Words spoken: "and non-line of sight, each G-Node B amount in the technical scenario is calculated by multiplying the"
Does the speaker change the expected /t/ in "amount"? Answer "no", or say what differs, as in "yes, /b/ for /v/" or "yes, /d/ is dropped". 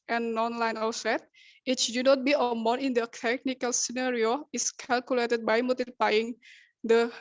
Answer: yes, /t/ is dropped